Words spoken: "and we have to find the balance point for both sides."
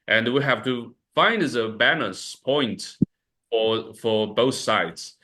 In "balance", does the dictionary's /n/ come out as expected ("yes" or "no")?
no